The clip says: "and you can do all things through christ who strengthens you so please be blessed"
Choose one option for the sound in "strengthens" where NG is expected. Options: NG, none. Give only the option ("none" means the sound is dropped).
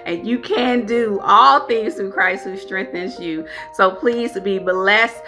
NG